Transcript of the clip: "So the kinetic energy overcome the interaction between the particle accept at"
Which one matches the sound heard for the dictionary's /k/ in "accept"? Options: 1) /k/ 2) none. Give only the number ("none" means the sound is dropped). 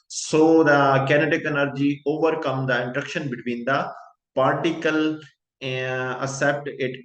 2